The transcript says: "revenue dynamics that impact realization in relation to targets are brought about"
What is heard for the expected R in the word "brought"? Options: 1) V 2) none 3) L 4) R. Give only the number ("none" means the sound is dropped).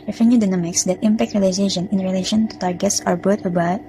2